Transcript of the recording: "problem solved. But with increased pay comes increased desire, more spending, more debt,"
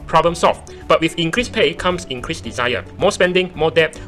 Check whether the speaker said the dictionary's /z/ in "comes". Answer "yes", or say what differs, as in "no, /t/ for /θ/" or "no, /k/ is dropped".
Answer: no, /s/ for /z/